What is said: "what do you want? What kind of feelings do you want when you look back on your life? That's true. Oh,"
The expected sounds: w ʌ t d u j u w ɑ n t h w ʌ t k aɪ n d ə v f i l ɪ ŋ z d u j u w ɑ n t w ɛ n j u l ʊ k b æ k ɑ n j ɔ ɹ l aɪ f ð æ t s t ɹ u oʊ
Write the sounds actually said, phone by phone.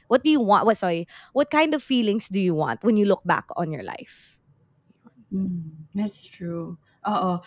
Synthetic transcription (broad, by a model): w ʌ t d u j u w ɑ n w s w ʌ t k aɪ n d ə v f i l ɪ ŋ s d u j u w ɑ n t w ɛ n j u l ʊ k b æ k ɑ n j ɔ ɹ l aɪ f ð æ t s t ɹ u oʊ